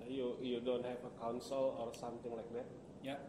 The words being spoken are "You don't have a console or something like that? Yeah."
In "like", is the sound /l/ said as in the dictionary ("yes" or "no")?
yes